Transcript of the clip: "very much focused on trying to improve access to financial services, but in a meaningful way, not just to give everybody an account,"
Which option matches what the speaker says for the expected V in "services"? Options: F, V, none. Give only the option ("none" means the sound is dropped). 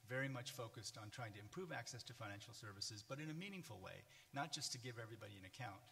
V